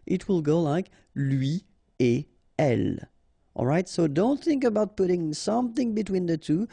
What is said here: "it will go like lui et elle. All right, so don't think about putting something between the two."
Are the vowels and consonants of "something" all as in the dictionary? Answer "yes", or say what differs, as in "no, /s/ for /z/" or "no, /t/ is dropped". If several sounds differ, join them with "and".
yes